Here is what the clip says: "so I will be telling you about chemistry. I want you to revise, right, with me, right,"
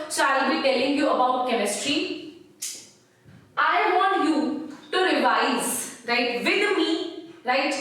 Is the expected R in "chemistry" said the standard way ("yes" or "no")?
yes